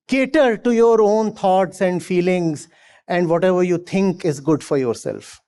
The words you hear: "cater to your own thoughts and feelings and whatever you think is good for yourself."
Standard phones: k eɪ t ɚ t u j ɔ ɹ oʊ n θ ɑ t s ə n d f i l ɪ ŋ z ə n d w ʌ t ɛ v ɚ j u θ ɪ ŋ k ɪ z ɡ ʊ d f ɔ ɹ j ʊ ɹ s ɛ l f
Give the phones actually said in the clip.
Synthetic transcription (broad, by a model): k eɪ t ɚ t u j ɔ ɹ oʊ n t ɑ t s ə n d f i l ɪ ŋ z ə n d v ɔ t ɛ v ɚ j u t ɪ ŋ k ɪ z ɡ ʊ d f ɔ ɹ j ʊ ɹ s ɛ l f